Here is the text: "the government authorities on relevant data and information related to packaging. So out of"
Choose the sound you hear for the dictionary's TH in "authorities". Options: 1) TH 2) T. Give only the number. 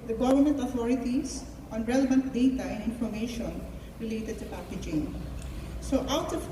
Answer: 2